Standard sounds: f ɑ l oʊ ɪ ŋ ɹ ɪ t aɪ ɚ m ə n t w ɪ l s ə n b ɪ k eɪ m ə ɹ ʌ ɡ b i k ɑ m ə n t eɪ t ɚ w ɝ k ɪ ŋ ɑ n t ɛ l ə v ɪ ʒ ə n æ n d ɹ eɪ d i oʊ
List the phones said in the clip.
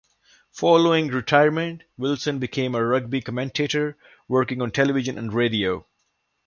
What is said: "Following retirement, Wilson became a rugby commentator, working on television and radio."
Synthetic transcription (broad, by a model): f ɑ l oʊ ɪ ŋ ɹ ɪ t aɪ ɚ m ə n t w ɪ l s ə n b ɪ k eɪ m ə ɹ ʌ ɡ b i k ɑ m ə n t eɪ t ɚ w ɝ k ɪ ŋ ɑ n t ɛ l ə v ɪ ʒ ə n æ n d ɹ eɪ d i oʊ